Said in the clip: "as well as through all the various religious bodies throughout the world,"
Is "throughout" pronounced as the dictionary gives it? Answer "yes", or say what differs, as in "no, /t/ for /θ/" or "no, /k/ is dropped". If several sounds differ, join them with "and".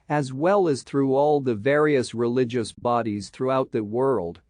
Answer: yes